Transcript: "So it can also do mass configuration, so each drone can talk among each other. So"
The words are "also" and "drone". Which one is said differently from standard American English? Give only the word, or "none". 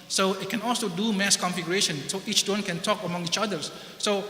drone